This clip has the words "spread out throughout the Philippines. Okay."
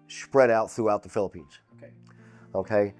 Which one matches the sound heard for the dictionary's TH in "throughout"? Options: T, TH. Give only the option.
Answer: TH